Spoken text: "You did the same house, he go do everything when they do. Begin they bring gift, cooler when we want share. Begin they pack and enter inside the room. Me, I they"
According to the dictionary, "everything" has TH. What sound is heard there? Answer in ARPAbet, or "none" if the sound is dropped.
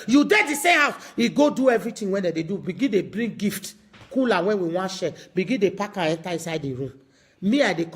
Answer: T